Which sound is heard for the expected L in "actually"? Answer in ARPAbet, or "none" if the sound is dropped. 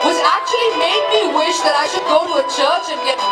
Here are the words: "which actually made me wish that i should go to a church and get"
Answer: L